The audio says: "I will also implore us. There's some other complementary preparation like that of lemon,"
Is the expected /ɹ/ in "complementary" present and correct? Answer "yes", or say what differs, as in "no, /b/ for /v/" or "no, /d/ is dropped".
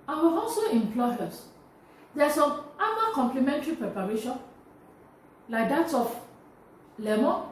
yes